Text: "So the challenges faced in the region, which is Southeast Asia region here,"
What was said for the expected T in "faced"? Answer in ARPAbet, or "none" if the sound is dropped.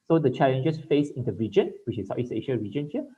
none